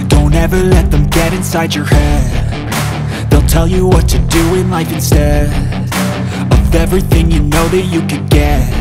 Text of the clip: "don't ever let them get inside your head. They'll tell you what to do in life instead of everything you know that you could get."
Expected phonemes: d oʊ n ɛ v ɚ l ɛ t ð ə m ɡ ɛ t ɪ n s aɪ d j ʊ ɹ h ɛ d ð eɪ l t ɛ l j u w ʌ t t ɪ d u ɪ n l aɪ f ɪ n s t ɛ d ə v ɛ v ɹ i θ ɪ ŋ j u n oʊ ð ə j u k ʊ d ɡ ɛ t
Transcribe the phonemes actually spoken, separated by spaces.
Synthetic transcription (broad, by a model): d oʊ n ɛ v ɚ l ɛ t ð ə m ɡ ɛ t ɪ n s aɪ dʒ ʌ ɹ h ɛ d ð eɪ l t ɛ l j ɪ w ʌ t t ɪ d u ɪ n l aɪ f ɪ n s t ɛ ə v ɛ v ɹ i θ ɪ ŋ j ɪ n oʊ ð ə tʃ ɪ k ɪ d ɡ ɛ t